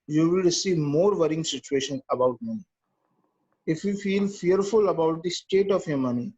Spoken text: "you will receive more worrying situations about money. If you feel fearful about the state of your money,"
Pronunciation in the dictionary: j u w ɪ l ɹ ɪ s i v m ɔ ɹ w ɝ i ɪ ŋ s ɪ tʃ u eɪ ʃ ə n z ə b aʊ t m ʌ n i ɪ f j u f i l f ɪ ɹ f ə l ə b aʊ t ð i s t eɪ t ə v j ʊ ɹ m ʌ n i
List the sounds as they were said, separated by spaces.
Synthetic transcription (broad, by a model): j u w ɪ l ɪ s i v m ɔ ɹ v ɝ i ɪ ŋ s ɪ tʃ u eɪ ʃ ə n ə b aʊ t m ʌ n i ɪ f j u f i l f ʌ ɹ f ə l ə b aʊ t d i s t eɪ t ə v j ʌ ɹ m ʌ n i